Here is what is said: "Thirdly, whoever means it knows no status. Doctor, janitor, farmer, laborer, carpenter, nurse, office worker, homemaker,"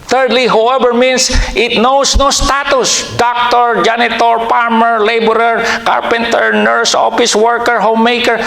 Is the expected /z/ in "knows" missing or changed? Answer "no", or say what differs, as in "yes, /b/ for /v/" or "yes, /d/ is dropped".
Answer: yes, /s/ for /z/